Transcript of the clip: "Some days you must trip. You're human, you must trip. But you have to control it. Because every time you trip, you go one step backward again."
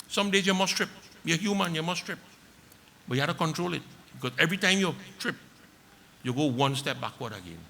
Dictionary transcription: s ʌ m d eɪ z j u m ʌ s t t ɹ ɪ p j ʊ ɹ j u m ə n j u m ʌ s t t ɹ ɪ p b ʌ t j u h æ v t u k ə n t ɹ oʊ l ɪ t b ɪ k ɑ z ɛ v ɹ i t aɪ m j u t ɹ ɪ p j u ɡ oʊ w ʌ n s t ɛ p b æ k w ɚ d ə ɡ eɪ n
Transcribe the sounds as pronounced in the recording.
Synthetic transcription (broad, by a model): s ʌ m d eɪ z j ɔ m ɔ s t t ɹ ɪ p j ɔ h j u m ə n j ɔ m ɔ s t t ɹ ɪ p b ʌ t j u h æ f t u k ə n t ɹ oʊ l ɪ t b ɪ k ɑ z ɛ v ɹ i t aɪ m j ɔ t ɹ ɪ p j u ɡ oʊ w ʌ n s t ɛ p b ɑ k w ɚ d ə ɡ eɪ n